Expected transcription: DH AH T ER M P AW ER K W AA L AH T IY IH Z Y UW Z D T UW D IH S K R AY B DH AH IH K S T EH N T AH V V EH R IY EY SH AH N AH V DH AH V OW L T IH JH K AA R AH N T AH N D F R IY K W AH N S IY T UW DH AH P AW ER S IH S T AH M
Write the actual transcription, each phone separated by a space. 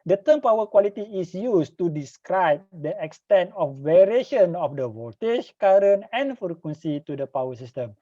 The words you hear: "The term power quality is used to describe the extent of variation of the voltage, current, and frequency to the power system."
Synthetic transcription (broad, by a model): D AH T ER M P AW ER K W AA L AH T IY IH S Y UW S T UW D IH S K R AY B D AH IH K S T EH N T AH F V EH R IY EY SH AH N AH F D AH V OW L T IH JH K AA R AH N AH N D F R IY K W AH N S IY T UW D AH P AW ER S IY S T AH M